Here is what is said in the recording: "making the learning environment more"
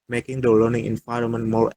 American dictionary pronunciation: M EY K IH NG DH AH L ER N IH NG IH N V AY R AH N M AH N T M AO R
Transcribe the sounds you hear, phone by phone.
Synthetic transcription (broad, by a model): M EY K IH NG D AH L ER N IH NG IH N F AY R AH M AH N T M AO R